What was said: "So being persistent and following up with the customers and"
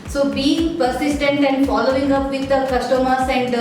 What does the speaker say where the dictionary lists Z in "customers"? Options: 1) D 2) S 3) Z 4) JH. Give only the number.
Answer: 2